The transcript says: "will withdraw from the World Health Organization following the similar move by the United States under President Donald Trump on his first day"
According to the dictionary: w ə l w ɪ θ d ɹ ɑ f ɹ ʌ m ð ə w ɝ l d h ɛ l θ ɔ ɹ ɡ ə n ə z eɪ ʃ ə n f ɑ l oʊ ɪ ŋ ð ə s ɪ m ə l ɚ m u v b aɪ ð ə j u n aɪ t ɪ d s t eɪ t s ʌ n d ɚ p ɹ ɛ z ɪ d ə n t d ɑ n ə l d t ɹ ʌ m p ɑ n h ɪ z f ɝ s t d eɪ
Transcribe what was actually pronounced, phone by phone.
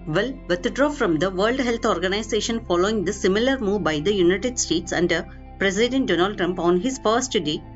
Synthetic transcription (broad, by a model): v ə l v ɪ t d ɹ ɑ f ɹ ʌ m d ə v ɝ l d h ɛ l t ɔ ɹ ɡ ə n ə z eɪ ʃ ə n f ɑ l oʊ ɪ ŋ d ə s ɪ m ə l ɚ m u v b aɪ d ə j u n aɪ t ɪ d s t eɪ t s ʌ n d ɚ p ɹ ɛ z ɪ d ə n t d ɑ n ə l d t ɹ ʌ m p ɑ n h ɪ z f ɝ s t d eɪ